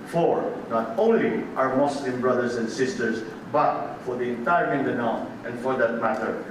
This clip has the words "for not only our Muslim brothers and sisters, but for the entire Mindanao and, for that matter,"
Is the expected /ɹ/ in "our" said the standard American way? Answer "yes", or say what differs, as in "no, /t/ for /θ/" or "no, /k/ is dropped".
no, /w/ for /ɹ/